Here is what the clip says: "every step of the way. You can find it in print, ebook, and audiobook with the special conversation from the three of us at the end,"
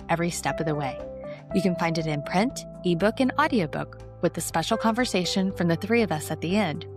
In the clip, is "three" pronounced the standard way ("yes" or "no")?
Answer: yes